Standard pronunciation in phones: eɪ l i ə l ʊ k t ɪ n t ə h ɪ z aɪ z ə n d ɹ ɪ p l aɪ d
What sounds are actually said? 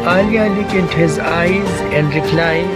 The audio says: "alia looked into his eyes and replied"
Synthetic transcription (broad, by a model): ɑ l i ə l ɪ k ɪ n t h ɪ z aɪ z ə n d ɹ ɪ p l aɪ